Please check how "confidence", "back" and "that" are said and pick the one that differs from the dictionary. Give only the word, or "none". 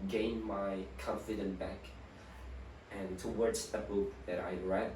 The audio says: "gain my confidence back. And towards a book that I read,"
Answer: confidence